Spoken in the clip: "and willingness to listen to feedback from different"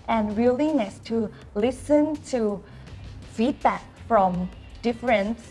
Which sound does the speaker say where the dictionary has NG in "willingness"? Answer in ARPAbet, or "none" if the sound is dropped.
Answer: none